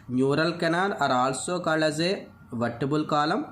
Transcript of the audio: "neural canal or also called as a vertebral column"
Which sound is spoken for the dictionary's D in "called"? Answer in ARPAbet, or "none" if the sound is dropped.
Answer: none